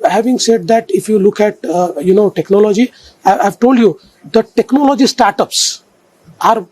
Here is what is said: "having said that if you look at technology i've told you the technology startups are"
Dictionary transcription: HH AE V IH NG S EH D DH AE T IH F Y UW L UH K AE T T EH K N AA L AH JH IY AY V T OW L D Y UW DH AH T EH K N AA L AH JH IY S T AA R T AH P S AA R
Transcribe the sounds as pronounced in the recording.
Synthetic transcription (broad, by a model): HH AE V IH NG S EH D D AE T IH F Y UW L UH K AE T T EH K N AA L AH JH IY AY V T OW L D Y UW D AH T EH K N AA L AH JH IY S T AA R T AH P S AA R